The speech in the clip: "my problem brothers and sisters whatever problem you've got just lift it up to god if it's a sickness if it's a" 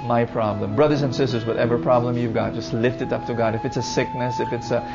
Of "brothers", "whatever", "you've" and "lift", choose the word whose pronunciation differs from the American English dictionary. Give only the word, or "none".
none